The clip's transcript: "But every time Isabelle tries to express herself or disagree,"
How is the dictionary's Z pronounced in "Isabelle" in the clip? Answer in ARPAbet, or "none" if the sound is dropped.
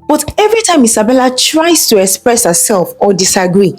S